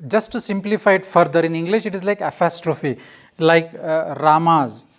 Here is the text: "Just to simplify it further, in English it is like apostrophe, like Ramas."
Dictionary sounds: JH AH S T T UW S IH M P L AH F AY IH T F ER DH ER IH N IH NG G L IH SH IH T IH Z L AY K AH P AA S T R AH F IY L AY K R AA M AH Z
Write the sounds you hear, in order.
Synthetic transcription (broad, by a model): JH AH S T T UW S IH M P L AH F AY IH T F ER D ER IH N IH NG G L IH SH IH T IH Z L AY K AH P AA S T R AH F IY L AY K R AA M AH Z